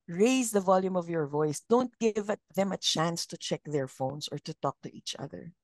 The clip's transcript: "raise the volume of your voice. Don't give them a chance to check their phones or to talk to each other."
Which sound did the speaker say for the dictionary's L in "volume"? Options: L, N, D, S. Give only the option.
L